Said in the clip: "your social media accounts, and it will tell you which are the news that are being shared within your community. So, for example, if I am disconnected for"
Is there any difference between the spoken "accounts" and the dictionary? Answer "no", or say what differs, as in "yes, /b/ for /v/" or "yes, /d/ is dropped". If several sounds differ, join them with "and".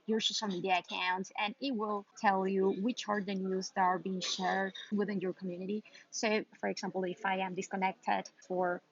yes, /s/ is dropped